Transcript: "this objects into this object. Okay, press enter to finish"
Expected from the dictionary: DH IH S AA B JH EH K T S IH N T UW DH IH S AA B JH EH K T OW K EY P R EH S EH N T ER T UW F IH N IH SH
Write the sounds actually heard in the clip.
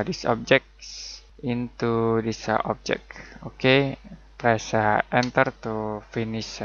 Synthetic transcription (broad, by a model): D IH S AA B JH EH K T S IH N T UW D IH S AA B JH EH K OW K EY P R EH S EH N T ER T UW F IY N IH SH